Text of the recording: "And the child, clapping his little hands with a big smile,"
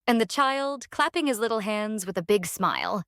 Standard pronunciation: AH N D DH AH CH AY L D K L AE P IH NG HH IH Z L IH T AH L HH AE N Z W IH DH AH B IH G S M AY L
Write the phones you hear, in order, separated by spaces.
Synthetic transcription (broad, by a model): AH N DH AH CH AY L D K L AE P IH NG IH Z L IH T L HH AE N Z W IH DH AH B IH G S M AY L